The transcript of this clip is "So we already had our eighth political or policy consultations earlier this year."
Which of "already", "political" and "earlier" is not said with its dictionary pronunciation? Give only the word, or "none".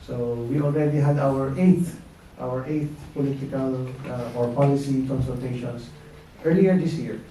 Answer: none